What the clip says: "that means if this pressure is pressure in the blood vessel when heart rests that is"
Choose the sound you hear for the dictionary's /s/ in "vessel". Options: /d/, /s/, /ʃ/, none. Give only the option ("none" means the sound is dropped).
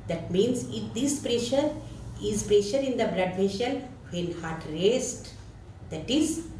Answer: /ʃ/